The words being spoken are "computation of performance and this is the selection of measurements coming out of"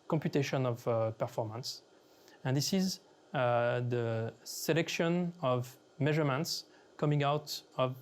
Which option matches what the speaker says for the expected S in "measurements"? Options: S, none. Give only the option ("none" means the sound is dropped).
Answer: S